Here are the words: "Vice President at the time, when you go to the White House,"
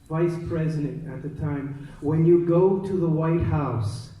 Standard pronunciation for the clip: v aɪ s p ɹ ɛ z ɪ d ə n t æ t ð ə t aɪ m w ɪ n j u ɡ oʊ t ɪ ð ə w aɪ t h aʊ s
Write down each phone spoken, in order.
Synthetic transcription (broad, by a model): v aɪ s p ɹ ɛ z ɪ d ə n t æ t ð ə t aɪ m w ɪ n j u ɡ oʊ t ɪ ð ə w aɪ t h aʊ s